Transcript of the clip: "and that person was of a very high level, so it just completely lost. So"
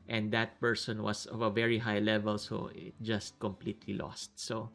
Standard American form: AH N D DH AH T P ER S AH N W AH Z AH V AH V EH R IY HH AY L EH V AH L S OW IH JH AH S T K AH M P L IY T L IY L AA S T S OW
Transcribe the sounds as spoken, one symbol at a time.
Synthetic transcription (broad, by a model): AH N D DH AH T P ER S AH N W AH S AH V AH V EH R IY HH AY L EH V AH L S OW IH JH AH S T K AH M P L IY T L IY L AA S T S OW